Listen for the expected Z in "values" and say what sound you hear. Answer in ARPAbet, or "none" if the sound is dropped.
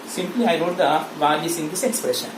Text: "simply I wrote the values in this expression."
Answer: S